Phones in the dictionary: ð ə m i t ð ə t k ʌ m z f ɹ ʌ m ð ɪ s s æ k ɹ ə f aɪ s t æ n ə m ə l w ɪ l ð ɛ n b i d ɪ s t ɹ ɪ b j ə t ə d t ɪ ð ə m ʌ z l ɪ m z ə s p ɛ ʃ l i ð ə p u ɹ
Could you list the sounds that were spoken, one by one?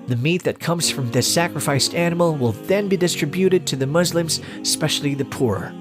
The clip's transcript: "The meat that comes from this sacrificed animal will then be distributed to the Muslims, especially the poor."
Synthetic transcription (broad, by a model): ð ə m i t ð ə t k ʌ m z f ɹ ʌ m ð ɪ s s æ k ɹ ə f aɪ s t æ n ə m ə l w ɪ l ð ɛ n b i d ɪ s t ɹ ɪ b j ə t ə d t ɪ ð ə m ʌ z l ɪ m z s p ɛ ʃ l i ð ə p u ɹ